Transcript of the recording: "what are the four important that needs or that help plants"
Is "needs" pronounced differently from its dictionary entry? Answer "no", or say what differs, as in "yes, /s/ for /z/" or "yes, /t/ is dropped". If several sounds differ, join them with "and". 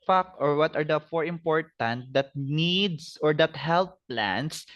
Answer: yes, /s/ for /z/